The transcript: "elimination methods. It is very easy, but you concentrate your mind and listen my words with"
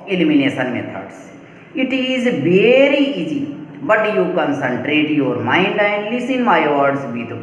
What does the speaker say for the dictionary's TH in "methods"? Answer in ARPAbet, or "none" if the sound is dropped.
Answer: T